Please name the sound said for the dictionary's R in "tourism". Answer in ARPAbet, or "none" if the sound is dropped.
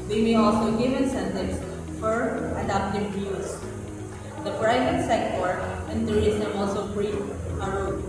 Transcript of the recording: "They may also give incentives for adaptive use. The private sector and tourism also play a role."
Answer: none